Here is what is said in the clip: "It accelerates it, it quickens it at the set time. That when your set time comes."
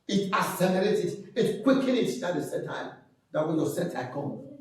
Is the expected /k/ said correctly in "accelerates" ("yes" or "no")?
no